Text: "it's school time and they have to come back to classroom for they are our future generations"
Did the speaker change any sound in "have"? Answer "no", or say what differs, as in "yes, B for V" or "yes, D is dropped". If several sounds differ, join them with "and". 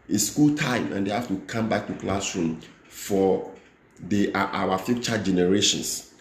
yes, F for V